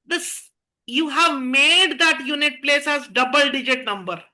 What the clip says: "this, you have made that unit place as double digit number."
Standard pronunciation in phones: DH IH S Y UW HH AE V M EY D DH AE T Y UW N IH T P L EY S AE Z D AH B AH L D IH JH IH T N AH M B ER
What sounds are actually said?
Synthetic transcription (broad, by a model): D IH S Y UW HH AE V M EY D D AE T Y UW N IH T P L EY S AE Z D AH B AH L D IH JH IH T N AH M B ER